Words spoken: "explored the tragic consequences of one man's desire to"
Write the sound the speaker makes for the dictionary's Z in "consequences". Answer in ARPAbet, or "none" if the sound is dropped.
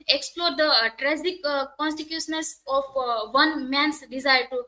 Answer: S